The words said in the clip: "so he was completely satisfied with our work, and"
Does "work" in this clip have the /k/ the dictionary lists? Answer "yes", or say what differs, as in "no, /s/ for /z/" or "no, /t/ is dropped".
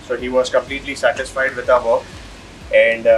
no, /k/ is dropped